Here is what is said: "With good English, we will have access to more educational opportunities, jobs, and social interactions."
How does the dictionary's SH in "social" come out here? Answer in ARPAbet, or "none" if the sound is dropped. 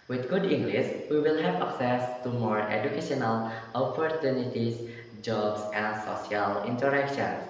none